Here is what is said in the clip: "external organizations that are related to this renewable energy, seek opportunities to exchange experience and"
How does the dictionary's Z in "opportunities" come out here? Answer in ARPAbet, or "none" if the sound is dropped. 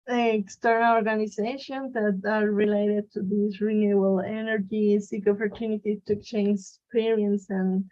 none